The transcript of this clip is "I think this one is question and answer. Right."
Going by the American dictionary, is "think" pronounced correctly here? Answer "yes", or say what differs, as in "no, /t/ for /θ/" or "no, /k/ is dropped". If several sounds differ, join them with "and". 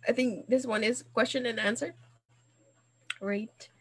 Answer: yes